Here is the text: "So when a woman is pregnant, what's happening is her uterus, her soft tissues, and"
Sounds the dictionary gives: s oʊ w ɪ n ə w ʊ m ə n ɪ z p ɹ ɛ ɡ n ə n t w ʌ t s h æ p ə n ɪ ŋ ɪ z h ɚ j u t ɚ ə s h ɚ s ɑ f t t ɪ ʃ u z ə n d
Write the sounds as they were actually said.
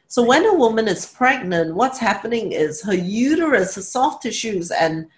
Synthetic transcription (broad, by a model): s oʊ w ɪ n ə w ʊ m ə n ɪ z p ɹ ɛ ɡ n ə n t w ʌ t s h æ p ə n ɪ ŋ ɪ z h ɚ j u t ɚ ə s h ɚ s ɑ f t t ɪ ʃ u z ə n